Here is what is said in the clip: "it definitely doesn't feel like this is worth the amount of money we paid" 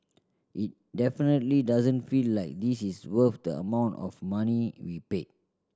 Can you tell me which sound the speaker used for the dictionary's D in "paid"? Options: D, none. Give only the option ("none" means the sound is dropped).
none